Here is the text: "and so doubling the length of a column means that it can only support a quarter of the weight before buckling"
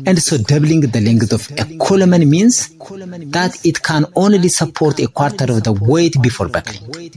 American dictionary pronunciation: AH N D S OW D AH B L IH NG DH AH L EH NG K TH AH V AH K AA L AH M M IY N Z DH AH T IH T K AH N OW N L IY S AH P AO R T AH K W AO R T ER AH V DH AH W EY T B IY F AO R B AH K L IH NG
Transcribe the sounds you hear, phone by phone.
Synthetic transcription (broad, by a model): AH N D S OW D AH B L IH NG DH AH L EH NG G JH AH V AH K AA L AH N M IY N S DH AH T IH T K AH N OW N L IY S AH P AO R T AH K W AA R T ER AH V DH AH W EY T B IY F AO R B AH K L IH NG